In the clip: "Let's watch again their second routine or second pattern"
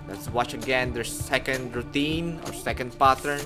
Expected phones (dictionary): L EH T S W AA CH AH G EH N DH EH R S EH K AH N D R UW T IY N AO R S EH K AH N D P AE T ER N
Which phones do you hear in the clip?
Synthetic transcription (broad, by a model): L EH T S W AA CH AH G EH N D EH R S EH K AH N D R UW T IY N AO R S EH K AH N D P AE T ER N